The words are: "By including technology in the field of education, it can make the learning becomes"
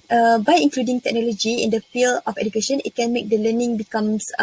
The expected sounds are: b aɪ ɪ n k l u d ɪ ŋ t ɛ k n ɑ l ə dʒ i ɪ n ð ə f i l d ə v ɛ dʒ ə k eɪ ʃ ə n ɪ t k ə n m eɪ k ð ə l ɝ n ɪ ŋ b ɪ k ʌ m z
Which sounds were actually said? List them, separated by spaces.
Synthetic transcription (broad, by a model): b aɪ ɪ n k l u d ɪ ŋ t ɛ k n ɑ l ə dʒ i ɪ n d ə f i l ə f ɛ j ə k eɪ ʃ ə n ɪ t k ə n m eɪ k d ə l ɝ n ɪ ŋ b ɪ k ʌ m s